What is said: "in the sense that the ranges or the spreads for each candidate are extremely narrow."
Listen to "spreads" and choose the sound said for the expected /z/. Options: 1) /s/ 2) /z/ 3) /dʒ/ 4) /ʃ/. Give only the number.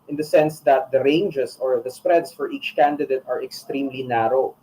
1